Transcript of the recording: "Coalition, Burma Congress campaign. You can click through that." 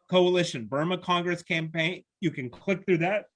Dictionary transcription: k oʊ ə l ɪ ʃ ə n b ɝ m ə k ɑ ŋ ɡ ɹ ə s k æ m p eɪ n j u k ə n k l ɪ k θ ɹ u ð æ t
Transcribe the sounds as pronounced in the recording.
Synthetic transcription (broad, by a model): k oʊ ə l ɪ ʃ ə n b ɝ m ə k ɑ ŋ ɡ ɹ ə s k æ m p eɪ n j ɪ k ə n k l ɪ k θ ɹ u ð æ t